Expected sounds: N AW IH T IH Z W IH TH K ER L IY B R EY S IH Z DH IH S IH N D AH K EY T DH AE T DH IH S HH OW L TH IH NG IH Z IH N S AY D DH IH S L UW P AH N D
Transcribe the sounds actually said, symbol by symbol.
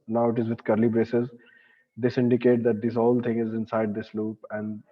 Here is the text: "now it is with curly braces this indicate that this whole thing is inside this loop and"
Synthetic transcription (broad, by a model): N AW IH T IH Z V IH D K ER L IY B R EY S IH Z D IH S IH N D AH K EY T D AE T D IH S HH OW L T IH NG IH Z IH N S AY D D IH S L UW P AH N D